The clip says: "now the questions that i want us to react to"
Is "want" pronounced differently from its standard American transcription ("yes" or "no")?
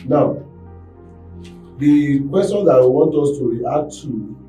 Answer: no